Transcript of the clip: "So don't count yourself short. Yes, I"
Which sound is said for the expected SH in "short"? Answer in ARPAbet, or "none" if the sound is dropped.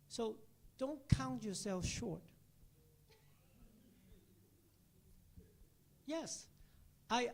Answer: SH